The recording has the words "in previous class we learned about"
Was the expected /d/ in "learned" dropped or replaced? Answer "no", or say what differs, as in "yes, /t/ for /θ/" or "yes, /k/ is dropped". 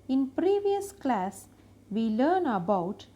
yes, /d/ is dropped